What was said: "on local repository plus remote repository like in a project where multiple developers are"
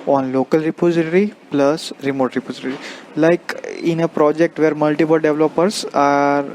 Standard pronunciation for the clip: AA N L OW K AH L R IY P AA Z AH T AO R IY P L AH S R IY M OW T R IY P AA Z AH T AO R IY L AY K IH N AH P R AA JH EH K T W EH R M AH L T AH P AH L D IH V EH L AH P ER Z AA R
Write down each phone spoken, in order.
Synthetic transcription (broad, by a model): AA N L OW K AH L R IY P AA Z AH T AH R IY P L AH S R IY M OW T R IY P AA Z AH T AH R IY L AY K IH N AH P R AA JH EH K T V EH R M AH L T AH P AH L D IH V L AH P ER S AA R